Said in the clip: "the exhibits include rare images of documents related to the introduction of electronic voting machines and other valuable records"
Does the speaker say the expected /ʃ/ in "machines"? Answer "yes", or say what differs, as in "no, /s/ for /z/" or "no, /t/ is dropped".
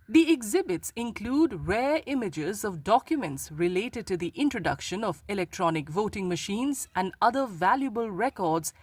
yes